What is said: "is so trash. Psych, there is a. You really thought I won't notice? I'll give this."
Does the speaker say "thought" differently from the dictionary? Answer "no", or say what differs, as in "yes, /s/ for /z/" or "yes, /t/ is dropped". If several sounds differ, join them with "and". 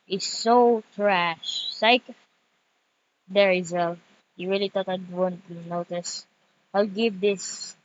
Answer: yes, /t/ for /θ/